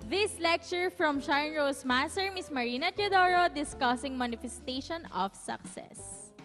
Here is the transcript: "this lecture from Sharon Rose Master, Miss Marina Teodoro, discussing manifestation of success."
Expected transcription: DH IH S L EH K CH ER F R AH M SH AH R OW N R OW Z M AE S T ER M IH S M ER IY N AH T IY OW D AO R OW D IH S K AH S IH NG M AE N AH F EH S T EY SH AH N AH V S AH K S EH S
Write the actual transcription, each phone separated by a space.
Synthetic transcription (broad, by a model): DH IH S L EH K CH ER F R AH M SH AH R N R OW S M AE S T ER M IH S M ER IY N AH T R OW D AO R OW D IH S K AH S IH NG M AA N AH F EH S T EY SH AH N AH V S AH K S EH S